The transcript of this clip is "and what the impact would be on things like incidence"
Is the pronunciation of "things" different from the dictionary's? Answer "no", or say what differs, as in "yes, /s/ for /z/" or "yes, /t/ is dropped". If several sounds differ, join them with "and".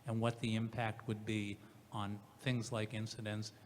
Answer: no